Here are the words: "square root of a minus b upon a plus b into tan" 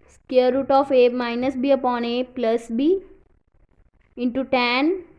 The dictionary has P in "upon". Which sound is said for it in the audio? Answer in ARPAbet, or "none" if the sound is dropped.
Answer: P